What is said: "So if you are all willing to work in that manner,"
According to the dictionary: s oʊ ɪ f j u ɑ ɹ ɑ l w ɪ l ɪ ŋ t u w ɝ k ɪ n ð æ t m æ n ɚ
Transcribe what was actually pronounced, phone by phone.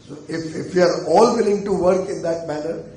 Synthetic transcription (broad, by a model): s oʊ ɪ f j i ɑ ɹ ɑ l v ɪ l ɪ ŋ t u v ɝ k ɪ n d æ t m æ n ɚ